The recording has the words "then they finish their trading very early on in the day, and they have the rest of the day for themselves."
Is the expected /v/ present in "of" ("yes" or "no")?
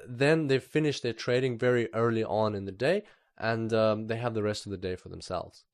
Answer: yes